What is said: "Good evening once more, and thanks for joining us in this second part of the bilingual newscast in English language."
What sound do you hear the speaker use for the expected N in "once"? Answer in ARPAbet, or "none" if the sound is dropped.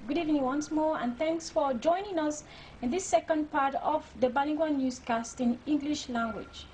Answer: N